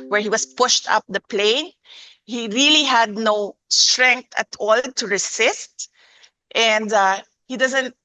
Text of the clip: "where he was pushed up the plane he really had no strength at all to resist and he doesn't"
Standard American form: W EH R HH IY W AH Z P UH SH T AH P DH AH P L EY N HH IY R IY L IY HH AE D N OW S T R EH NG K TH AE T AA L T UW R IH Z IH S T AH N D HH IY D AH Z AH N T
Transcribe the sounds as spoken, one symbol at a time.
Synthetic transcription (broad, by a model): W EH R HH IY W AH S P UH SH T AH P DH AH P L EY N HH IY R IY L IY HH AE D N OW S T R EH NG K T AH T AA L T UW R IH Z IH S T AH N D HH IY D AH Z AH N T